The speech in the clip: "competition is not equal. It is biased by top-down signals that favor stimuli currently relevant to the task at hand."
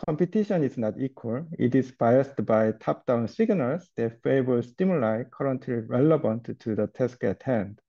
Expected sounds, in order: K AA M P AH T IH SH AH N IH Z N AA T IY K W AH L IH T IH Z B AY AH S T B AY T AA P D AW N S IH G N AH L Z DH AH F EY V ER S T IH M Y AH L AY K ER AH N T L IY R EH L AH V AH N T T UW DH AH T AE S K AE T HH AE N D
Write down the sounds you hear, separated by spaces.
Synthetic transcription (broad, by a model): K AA M P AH T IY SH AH N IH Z N AA T IY K W AH L IH T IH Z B AY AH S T B AY T AA P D AW N S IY G N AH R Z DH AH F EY B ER S T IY M Y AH L AY K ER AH N T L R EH L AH B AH N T T UW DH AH T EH S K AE T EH N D